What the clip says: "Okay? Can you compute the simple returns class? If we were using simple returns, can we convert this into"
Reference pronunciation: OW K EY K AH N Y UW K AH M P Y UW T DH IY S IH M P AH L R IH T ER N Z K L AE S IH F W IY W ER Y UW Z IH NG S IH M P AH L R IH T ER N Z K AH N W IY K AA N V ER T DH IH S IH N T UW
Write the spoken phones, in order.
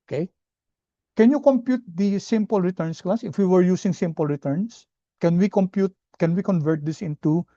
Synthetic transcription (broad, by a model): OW K EY K AH N Y UW K AH M P Y UW T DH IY S IH M P AH L R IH T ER N S K L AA S IH F W IY W ER Y UW S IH NG S IH M P AH L R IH T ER N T K AH N W IY K AA N V ER T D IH S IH N T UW